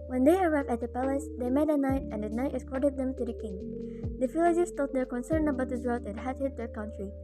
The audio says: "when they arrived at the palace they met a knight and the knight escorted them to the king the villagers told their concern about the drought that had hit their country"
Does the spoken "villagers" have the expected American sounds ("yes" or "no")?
no